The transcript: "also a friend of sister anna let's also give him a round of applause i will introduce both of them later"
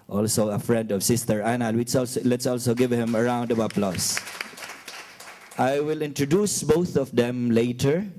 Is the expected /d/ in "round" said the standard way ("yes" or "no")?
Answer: yes